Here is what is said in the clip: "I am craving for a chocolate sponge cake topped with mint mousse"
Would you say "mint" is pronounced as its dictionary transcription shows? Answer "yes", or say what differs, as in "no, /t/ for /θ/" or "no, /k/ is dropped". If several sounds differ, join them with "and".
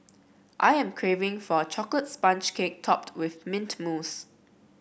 yes